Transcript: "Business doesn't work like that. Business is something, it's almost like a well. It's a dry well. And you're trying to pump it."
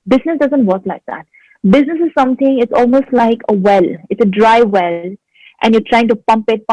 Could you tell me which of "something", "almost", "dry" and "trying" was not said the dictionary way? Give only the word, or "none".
something